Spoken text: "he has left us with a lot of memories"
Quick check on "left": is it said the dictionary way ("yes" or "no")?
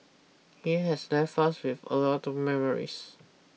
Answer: no